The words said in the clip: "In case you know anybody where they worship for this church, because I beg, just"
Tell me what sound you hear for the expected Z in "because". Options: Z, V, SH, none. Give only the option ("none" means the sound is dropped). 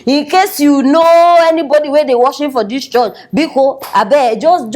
none